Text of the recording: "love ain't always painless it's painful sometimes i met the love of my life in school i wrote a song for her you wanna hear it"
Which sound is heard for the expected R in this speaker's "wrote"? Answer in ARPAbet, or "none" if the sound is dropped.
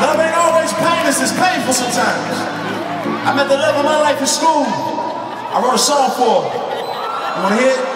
W